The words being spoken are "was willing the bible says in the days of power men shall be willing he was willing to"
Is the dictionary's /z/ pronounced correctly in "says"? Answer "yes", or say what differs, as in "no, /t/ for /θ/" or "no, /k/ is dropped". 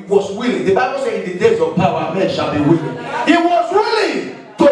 no, /z/ is dropped